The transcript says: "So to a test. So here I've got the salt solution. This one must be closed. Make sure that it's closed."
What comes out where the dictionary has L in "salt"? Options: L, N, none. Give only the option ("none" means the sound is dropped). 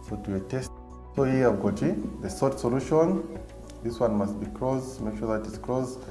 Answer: none